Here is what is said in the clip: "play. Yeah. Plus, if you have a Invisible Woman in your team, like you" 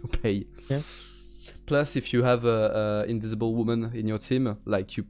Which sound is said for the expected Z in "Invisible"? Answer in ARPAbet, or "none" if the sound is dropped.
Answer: Z